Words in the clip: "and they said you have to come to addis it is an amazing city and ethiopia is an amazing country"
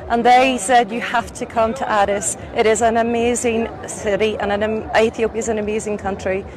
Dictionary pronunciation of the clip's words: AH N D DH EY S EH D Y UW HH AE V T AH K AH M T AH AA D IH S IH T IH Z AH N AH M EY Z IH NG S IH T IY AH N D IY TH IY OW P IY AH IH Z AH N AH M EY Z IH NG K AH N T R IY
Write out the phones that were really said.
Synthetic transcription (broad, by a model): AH N DH EY S EH D Y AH HH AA F T AH K AH M T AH AA D IH S IH T IH Z AH N AH M EY Z IH NG S IH T IY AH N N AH TH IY OW P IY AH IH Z AH N AH M EY Z IH NG K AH N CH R IY